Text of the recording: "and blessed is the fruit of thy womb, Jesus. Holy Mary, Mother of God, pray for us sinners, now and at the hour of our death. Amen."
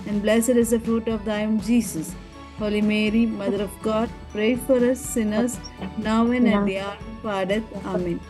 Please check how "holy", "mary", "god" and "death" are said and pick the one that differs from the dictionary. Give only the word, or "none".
death